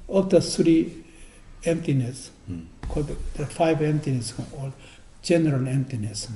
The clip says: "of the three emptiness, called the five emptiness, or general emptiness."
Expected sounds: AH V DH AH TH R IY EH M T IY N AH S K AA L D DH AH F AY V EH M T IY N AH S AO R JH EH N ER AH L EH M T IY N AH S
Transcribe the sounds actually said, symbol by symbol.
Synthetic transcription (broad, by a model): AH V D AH S R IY EH M T IY N AH S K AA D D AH F AY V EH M T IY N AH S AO L JH EH N ER AH L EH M T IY N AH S